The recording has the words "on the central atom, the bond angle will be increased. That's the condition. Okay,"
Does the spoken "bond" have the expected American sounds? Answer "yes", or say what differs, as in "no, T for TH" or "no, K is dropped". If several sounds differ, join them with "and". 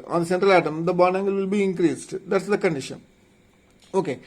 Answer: no, D is dropped